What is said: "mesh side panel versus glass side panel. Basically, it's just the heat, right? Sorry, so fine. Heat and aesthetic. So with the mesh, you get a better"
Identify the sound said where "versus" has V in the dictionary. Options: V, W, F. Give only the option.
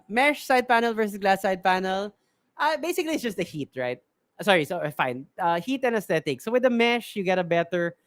V